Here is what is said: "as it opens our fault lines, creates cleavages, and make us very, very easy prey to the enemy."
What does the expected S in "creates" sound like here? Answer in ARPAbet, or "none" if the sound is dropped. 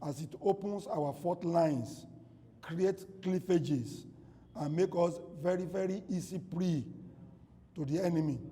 none